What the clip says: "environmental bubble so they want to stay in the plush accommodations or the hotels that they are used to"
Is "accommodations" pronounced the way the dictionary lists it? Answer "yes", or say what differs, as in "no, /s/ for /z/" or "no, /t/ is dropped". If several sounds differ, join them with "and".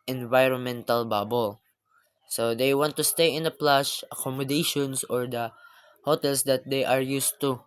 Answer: no, /s/ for /z/